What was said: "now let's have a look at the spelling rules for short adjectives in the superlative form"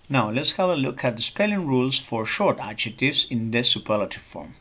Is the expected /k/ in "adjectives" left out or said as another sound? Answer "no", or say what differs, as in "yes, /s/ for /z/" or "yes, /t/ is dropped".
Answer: yes, /k/ is dropped